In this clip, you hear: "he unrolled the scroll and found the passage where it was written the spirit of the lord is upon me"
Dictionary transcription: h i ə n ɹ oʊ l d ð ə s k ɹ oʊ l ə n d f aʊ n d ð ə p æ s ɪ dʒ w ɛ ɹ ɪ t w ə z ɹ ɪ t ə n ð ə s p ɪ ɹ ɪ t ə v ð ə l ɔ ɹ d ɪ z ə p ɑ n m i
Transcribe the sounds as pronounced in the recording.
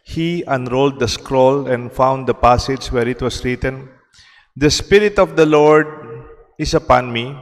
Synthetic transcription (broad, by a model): h i ə n ɹ oʊ l d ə s k ɹ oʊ l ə n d f aʊ n d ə p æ s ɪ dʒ w ɛ ɹ ɪ t w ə s ɹ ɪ t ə n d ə s p ɪ ɹ ɪ t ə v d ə l ɔ ɹ d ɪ s ə p ɑ n m i